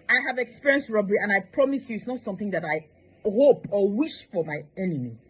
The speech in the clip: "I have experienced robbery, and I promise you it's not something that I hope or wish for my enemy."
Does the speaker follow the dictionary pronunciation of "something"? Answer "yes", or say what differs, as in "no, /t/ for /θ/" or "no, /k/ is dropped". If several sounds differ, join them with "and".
yes